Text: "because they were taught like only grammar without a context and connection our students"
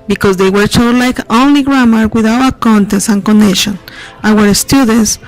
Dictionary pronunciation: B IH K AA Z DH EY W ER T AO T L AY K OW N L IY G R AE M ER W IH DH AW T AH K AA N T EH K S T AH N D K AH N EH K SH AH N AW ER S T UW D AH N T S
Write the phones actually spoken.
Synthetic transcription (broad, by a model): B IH K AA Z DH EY W ER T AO L AY K OW N L IY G R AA M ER W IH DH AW AH K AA N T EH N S AH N K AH N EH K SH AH N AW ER S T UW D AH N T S